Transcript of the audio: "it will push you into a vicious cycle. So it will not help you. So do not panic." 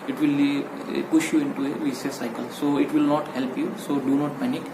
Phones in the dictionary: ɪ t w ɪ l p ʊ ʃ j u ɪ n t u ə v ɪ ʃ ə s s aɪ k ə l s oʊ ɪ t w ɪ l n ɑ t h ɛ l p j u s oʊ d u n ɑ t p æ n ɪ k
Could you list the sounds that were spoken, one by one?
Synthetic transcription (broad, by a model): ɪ t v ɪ l p ʊ ʃ j u ɪ n t u ə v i s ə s s aɪ k ə l s oʊ ɪ t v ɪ l n ɑ t h ɛ l p j u s oʊ d u n ɑ t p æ n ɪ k